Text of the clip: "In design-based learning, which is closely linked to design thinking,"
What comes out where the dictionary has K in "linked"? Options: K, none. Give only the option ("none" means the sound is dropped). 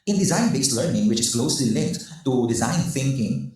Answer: none